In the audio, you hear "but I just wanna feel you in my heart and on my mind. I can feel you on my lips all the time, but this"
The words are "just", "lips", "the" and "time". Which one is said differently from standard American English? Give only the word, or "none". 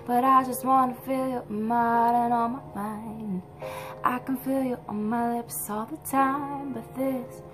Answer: none